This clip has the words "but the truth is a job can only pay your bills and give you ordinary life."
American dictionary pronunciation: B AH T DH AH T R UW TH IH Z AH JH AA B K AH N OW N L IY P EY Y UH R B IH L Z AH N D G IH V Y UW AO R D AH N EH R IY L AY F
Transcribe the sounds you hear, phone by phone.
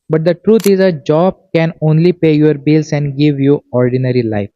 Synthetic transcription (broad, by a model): B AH T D AH T R UW T IH Z AH JH AA B K AH N OW N L IY P EY Y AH R B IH L S AH N D G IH V Y UW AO R D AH N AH R IY L AY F